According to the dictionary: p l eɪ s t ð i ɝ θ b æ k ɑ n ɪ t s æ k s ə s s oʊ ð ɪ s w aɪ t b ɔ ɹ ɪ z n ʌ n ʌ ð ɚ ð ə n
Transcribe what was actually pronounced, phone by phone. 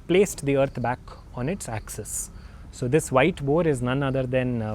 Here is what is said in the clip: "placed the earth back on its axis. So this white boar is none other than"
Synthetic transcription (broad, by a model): p l eɪ s t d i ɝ t b æ k ɑ n ɪ t s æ k s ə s s oʊ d ɪ s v aɪ t b ɔ ɹ ɪ z n ʌ n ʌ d ɚ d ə n